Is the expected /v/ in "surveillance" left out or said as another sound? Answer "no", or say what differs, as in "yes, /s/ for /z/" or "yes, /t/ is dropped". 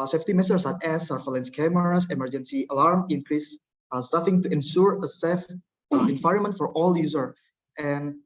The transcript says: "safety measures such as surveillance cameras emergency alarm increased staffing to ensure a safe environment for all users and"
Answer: yes, /f/ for /v/